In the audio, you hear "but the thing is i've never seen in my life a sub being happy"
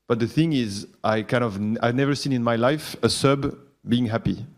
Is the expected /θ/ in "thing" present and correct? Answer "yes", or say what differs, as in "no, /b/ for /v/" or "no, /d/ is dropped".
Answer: yes